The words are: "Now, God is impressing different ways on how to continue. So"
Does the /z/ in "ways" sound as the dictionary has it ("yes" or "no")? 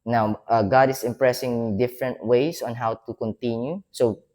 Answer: no